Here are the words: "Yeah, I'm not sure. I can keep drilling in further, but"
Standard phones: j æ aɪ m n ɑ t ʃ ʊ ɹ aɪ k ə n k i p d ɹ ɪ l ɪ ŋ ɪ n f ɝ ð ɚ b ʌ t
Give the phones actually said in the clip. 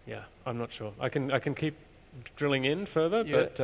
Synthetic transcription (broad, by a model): j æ aɪ m n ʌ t ʃ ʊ ɹ aɪ k ə n k i p d ɹ ɪ l ɪ ŋ ɪ n f ɝ ð ɚ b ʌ t